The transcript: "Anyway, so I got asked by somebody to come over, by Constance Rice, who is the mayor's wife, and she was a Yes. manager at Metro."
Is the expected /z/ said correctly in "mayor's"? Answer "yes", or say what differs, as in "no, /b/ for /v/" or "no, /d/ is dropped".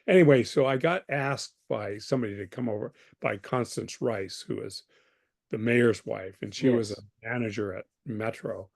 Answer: yes